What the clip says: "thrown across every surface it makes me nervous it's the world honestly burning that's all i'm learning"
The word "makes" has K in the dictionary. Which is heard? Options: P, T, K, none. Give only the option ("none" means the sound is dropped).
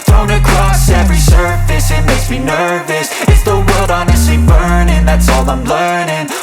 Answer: none